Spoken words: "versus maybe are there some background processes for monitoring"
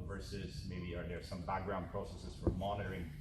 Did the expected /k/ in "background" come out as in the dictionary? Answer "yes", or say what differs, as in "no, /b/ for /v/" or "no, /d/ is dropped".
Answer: yes